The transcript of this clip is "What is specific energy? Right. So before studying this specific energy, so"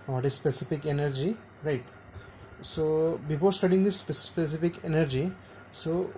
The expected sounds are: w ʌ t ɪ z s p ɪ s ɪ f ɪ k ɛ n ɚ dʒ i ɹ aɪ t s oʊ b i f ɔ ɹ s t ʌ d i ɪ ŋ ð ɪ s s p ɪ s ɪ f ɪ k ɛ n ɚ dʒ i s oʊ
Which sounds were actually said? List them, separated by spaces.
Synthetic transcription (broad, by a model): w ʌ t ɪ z s p ɪ s ɪ f ɪ k ɛ n ɚ dʒ i ɹ aɪ t s oʊ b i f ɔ l s t ʌ d i ɪ ŋ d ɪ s s p ɪ s ɪ f ɪ k ɛ n ɚ dʒ i s oʊ